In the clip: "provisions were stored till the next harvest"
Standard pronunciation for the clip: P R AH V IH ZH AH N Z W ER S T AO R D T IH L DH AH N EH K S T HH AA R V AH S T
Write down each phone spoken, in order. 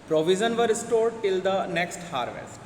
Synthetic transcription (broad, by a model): P R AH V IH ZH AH N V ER S T AO R D T IH L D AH N EH K S T HH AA R V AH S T